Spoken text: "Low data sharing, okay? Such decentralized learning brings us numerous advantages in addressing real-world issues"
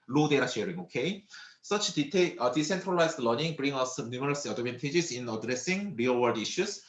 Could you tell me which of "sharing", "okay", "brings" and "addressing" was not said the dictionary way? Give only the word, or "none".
brings